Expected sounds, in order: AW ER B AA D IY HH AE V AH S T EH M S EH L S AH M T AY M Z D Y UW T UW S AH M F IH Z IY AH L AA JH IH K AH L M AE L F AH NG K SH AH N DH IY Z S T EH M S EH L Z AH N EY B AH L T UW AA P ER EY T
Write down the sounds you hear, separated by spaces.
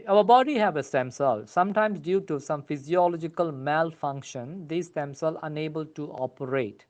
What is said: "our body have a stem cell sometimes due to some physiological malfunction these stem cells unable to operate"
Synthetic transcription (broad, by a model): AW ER B AA D IY HH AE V AH S T EH M S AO L S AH M T AY M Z D Y UW T UW S AH M F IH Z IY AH L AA JH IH K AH L M AE L F AH NG K SH AH N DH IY S T EH M S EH L AH N EY B AH L T UW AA P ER EY T